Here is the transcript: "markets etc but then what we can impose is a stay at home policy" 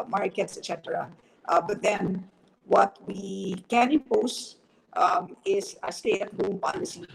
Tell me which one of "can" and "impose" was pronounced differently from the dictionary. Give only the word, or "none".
impose